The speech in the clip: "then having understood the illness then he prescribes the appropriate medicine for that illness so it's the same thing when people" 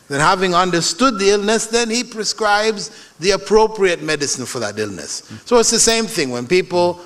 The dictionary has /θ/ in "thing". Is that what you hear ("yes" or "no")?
yes